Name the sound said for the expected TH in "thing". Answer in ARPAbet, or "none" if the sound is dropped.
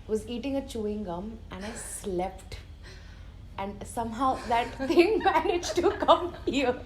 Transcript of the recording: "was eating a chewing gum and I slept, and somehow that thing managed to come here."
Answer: T